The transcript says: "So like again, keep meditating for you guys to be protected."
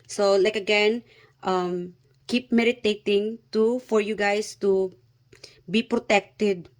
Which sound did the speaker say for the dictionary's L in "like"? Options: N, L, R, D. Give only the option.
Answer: L